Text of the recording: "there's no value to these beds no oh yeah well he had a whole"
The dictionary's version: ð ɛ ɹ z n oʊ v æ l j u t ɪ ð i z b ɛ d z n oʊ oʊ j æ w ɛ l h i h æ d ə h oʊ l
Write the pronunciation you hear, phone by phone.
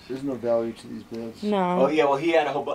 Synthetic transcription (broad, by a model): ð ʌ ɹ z n oʊ v æ l j u t ɪ ð i z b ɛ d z n oʊ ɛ j æ w ɛ l h i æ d ə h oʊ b